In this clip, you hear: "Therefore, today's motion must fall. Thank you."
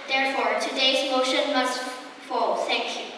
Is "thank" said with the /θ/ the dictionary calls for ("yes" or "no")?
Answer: no